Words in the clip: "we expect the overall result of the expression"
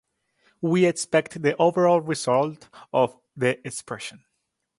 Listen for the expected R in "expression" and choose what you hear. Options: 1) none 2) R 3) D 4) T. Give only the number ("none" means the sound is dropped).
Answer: 2